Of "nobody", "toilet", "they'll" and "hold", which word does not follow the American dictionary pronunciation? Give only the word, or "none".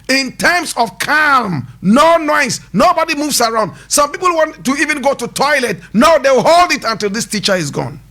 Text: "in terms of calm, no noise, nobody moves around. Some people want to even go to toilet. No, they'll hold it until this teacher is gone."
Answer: they'll